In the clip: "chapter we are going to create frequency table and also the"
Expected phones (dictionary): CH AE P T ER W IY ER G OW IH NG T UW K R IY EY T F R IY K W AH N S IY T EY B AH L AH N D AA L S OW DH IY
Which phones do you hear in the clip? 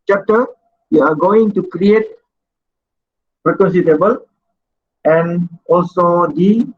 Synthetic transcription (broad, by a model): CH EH P T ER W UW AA G OW IH NG T UW K R IY EY T P R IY K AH N S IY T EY B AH L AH N AA L S OW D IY